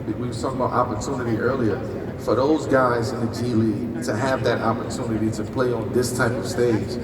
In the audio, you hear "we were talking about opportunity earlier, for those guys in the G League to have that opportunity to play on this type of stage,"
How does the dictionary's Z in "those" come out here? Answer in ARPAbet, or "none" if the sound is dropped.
Z